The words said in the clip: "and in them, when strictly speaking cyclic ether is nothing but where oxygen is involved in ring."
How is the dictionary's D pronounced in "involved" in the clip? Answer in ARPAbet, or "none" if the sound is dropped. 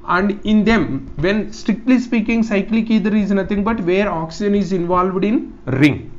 D